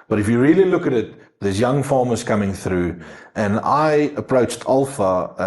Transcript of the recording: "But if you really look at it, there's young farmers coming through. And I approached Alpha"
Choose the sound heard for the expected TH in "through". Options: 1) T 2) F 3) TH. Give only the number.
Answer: 3